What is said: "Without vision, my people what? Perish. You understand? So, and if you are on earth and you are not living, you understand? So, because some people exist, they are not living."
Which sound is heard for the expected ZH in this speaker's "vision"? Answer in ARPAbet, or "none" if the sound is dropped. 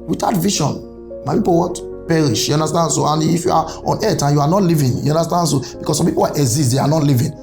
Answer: SH